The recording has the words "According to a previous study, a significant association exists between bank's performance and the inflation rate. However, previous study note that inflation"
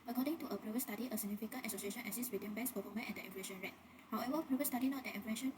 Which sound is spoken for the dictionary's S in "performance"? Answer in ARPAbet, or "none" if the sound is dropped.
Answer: none